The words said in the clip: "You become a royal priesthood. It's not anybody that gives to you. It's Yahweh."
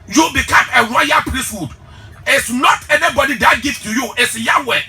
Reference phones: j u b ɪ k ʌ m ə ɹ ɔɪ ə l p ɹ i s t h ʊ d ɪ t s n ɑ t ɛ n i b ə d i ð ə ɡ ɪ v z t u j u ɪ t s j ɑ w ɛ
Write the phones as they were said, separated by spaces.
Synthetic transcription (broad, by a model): j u b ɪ k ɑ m ə w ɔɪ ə p ɹ i s t h ʊ d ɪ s n ɑ t ɛ n i b ə d i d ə ɡ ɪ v t u j u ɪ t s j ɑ w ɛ